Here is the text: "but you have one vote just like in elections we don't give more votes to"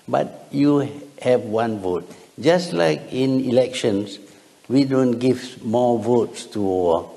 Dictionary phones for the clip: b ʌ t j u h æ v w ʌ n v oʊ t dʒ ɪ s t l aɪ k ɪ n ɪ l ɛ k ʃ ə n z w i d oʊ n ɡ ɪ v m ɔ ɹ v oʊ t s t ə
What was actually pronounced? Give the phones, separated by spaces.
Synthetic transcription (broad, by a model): b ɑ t j u h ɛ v w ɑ n v oʊ t dʒ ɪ s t l aɪ k ɪ n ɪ l ɛ k ʃ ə n s w i d oʊ n ɡ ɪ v m ɔ v oʊ t s t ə